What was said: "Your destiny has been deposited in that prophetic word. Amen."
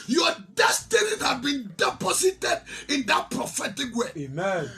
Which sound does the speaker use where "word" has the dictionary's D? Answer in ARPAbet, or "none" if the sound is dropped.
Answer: none